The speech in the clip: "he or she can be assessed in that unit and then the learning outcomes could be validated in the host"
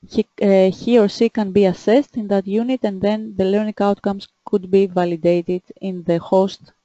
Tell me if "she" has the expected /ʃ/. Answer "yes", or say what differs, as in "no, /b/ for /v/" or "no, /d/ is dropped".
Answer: no, /s/ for /ʃ/